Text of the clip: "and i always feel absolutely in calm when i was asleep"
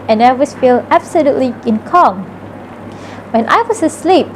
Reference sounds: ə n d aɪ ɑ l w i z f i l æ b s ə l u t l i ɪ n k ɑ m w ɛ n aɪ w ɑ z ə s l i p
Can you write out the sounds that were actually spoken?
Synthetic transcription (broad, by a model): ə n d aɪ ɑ w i s f i l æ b s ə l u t l i ɪ n k ɑ m w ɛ n aɪ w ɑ s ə s l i p